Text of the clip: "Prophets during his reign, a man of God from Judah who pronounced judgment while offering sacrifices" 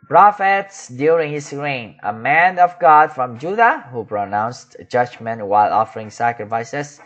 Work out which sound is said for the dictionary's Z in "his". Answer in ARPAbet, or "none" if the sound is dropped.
S